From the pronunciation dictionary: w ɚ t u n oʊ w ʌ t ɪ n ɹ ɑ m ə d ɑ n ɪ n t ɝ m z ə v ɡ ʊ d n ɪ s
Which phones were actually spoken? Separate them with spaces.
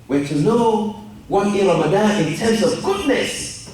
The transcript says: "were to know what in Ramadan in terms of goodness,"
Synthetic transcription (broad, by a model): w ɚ t u n oʊ w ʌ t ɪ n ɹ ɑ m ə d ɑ ɪ n t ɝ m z ə v ɡ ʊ d n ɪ s